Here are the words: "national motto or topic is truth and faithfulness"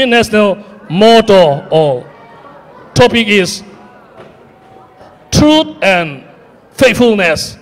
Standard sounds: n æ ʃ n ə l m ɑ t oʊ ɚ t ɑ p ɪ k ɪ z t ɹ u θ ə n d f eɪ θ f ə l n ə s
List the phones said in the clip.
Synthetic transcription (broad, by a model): n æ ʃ n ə l m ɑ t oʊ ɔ t ɑ p ɪ k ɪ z t ɹ u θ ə n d f eɪ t f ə l n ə s